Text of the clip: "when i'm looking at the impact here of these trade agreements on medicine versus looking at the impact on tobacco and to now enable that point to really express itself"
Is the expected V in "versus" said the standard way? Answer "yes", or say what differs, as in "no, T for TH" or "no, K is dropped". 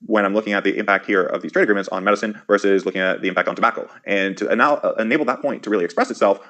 yes